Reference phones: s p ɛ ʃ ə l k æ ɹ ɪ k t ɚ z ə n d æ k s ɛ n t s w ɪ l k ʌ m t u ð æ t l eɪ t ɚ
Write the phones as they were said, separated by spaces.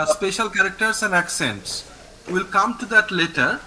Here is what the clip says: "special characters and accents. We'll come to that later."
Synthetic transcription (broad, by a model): s p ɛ ʃ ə l k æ ɹ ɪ k t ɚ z ə n d æ k s ɛ n t s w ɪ l k ʌ m t u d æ t l eɪ t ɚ